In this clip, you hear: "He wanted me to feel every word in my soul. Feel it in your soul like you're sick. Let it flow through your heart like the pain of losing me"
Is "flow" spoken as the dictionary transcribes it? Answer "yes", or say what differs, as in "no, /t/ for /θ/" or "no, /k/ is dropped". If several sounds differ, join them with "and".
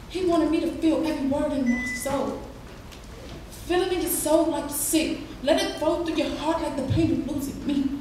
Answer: no, /l/ is dropped